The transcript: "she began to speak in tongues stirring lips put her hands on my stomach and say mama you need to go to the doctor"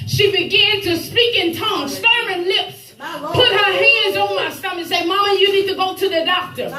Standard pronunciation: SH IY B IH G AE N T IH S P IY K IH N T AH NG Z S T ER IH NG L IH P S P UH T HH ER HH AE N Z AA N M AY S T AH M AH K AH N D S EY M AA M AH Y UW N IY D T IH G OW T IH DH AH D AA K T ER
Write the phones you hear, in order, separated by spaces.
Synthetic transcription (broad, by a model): SH IY B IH G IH N T IH S P IY K IH N T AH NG S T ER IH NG L IH P S P UH T HH ER HH AE N Z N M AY S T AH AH AH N S EY M AA M AH Y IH N IY D T IH G OW T IH DH AH D AA K T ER